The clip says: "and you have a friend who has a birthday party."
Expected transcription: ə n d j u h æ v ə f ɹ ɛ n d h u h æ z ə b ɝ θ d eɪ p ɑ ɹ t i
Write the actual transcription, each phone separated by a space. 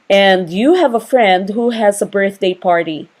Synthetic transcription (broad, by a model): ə n d j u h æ v ə f ɹ ɛ n d h u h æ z ə b ɝ θ d eɪ p ɑ ɹ t i